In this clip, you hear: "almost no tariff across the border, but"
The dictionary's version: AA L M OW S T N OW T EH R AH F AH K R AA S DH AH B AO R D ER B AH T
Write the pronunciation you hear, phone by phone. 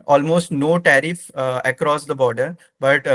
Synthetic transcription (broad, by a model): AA L M OW S T N OW T EH R AH F AH K R AA S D AH B AO R D ER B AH T